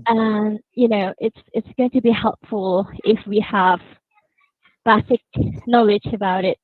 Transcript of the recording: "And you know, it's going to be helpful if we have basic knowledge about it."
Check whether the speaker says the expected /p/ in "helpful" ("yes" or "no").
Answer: yes